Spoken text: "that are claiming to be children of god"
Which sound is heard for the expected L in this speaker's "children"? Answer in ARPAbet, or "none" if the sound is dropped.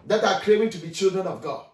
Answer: L